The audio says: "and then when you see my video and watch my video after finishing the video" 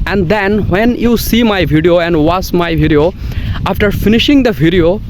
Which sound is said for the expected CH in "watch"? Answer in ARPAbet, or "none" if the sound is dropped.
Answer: S